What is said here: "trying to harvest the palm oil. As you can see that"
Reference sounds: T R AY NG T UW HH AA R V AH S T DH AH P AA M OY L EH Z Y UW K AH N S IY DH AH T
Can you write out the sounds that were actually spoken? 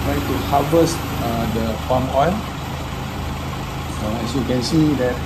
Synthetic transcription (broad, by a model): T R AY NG T UW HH AA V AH S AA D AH F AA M OY L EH S Y UW K AH N S IY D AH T